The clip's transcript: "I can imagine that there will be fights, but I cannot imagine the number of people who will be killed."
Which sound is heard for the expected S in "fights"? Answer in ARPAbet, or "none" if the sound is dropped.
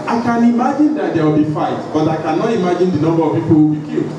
none